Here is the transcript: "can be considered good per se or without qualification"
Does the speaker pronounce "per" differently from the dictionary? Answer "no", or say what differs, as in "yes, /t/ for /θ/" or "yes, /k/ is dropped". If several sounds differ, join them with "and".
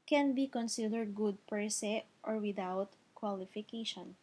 no